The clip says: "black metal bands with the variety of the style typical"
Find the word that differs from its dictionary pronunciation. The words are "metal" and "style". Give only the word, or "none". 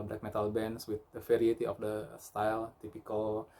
none